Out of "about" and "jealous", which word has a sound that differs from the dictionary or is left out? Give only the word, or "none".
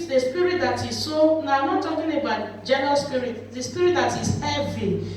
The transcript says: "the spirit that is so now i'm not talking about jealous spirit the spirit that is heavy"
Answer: jealous